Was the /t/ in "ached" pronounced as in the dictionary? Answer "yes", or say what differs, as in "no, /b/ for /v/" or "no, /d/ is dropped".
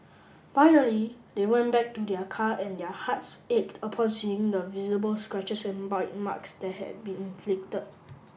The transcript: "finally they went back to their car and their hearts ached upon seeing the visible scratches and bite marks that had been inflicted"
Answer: yes